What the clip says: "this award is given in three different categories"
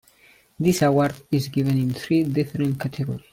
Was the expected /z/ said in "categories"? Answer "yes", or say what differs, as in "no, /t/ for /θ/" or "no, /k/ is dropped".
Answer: no, /z/ is dropped